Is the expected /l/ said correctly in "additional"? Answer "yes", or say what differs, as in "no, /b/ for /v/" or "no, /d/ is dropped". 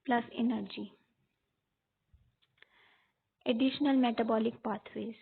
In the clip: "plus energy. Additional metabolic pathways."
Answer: yes